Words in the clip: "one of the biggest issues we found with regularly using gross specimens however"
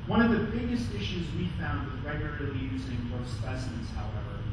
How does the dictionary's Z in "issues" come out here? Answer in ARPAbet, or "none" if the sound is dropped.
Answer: Z